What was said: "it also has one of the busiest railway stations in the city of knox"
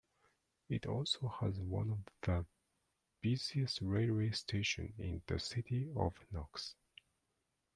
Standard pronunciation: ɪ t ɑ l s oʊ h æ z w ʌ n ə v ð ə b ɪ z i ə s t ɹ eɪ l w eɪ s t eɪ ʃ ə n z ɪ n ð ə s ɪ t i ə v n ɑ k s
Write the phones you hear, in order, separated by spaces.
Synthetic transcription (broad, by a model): ɪ t ɑ l s oʊ h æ z w ʌ n ə v ð ə b ɪ z i ə s t ɹ eɪ l w eɪ s t eɪ ʃ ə n ɪ n ð ə s ɪ t i ə v n ɑ k s